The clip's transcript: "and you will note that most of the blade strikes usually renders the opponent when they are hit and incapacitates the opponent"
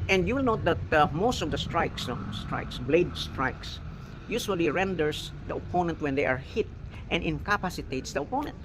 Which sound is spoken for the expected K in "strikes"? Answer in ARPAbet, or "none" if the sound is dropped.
K